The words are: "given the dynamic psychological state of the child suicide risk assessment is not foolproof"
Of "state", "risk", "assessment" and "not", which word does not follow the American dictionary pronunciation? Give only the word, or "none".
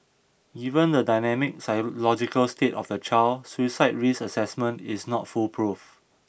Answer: risk